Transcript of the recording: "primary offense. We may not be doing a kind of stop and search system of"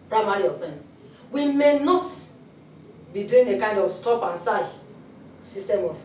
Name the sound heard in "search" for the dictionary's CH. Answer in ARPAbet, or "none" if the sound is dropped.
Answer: SH